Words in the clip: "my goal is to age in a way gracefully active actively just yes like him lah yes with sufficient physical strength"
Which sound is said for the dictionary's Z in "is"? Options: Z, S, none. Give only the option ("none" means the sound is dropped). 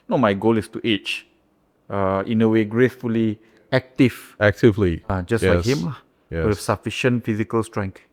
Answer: S